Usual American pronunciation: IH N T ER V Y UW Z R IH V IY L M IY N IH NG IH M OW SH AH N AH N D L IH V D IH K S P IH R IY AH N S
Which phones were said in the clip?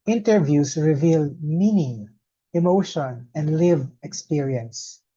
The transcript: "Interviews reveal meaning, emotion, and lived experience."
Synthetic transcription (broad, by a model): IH N T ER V Y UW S R IH V IY L M IY N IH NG IH M OW SH AH N AH N D L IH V IH K S P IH R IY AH N S